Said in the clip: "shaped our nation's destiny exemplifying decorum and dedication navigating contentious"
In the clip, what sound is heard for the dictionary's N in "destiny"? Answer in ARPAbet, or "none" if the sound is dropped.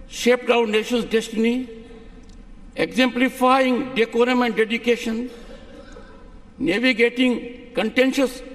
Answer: N